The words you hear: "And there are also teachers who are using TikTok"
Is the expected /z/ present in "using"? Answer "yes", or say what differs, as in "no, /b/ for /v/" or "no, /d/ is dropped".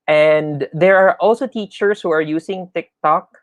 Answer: no, /s/ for /z/